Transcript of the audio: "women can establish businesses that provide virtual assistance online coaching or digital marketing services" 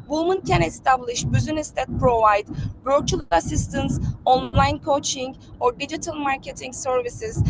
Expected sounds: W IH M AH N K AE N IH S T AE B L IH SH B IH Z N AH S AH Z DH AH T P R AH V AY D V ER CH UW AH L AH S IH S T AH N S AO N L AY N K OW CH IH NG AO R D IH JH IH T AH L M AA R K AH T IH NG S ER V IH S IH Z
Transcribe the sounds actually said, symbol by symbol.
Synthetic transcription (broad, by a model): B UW M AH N K AE N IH S T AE B L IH SH B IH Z AH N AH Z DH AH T P R AH V AY D B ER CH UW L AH S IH S T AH N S AO N L AY N K OW CH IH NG AO R D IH JH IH T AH L M AA R K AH T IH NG S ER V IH S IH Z